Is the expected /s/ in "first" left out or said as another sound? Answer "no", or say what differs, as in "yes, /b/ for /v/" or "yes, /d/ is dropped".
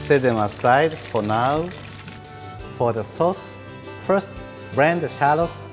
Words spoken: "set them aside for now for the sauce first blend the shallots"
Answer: no